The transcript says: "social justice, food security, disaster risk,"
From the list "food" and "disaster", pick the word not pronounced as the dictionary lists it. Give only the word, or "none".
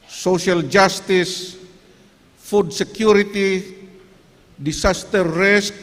disaster